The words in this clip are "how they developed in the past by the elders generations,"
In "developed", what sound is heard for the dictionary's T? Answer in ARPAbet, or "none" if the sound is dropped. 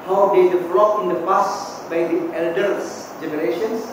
none